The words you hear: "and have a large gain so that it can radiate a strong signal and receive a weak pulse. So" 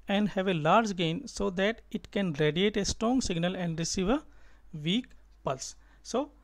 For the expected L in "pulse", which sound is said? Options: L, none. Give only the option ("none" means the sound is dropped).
L